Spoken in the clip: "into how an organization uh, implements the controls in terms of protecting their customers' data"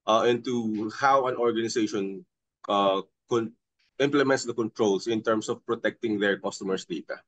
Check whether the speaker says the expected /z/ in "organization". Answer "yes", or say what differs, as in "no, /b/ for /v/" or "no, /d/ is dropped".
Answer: no, /s/ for /z/